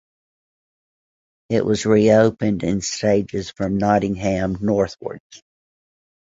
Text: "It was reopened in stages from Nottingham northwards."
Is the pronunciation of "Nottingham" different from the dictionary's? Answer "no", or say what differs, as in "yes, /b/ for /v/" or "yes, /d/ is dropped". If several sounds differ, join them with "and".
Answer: no